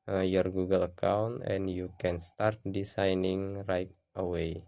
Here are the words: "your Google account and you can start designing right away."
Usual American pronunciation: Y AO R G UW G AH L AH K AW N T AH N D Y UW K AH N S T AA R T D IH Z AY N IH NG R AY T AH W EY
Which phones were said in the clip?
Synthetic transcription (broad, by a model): Y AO R G UW G AH L AH K AW N T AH N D Y UW K AH N S T AA R T D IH S AY N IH NG R AY T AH W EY